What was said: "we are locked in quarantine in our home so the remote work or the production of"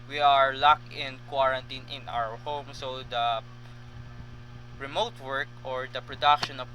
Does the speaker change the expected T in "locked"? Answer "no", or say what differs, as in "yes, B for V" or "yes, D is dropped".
yes, T is dropped